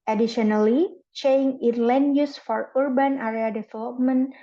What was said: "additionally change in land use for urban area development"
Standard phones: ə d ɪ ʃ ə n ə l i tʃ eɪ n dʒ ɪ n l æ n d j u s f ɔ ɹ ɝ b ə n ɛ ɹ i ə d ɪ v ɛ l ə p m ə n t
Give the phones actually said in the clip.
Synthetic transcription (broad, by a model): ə d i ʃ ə n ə l i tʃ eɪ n ɪ n l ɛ n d j u s f ɔ ɹ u b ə n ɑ ɹ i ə d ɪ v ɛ l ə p m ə n